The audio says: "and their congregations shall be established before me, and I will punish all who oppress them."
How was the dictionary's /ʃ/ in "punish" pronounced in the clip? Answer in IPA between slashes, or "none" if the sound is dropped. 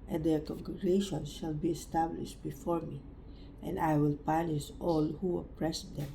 /s/